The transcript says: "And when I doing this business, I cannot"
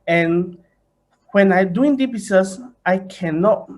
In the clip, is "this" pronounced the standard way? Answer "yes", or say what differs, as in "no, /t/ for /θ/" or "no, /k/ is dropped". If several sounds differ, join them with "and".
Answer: no, /s/ is dropped